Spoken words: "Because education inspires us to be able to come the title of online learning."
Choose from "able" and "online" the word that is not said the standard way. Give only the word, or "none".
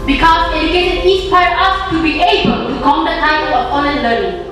online